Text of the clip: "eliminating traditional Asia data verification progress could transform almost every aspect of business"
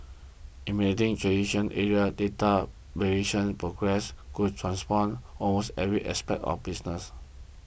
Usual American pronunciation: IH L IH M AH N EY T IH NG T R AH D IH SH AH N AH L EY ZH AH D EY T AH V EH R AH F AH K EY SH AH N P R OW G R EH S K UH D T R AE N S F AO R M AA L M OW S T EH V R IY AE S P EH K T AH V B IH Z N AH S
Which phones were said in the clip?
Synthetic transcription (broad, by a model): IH M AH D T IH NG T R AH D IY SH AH N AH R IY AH D EY T AH B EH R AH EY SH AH N P R OW G R EH S K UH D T R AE N S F AO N AA L M OW S T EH V R IY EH S P EH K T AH F B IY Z N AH S